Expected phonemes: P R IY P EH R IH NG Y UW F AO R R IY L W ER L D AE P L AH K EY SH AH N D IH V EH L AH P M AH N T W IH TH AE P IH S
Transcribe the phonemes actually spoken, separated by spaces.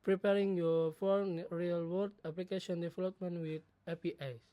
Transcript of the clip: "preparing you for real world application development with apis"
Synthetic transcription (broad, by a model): P R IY P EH R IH NG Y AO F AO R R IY L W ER D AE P L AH K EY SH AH N D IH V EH L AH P M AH N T W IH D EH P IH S